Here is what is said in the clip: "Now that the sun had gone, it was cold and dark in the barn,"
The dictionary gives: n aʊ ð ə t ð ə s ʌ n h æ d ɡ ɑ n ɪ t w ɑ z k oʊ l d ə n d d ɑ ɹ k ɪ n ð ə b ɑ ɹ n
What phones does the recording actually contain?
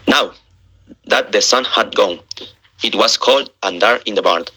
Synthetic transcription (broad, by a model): n aʊ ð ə t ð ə s ʌ n h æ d ɡ ɑ n ɪ t w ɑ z k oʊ l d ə n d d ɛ ɹ ɪ n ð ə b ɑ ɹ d